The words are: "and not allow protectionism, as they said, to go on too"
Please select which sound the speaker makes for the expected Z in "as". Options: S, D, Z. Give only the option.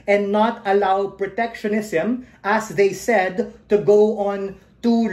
S